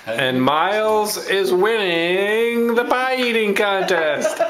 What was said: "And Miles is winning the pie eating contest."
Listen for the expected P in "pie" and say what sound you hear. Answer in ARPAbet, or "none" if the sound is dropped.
B